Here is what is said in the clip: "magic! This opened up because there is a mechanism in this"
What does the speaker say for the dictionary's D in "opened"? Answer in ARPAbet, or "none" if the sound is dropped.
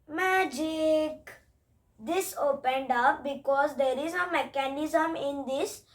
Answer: D